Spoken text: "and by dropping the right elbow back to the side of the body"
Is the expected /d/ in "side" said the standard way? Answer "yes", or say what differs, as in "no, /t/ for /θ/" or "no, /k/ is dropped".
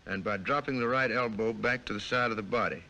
yes